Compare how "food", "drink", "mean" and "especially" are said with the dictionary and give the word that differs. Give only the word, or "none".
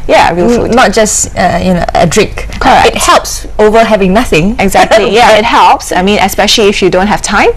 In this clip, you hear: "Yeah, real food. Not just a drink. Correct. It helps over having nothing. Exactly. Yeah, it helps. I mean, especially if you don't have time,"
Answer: none